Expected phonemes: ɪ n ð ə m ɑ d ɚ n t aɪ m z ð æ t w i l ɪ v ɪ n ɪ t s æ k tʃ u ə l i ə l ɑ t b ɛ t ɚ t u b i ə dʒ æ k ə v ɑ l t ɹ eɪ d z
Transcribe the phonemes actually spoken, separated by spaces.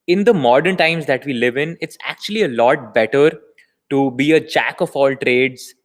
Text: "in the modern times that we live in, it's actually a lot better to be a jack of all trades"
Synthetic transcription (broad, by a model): ɪ n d ə m ɑ d ɚ n t aɪ m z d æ t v i l ɪ v ɪ n ɪ t s æ k tʃ u ə l i ə l ɑ t b ɛ t ɚ t u b i ə tʃ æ k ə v ɑ l t ɹ eɪ d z